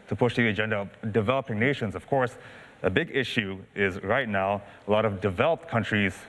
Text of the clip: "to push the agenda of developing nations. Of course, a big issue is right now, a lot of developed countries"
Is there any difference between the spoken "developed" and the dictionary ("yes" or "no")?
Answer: no